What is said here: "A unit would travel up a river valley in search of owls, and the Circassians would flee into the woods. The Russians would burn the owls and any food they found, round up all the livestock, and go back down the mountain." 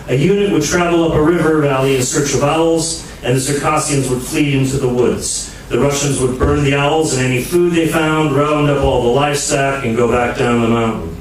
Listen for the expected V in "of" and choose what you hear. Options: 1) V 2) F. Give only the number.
1